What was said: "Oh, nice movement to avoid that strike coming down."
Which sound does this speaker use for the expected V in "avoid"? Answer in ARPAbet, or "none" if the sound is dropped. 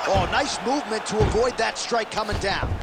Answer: V